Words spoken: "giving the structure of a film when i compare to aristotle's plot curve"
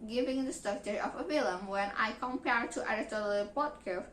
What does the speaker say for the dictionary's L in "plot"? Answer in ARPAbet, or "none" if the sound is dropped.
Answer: none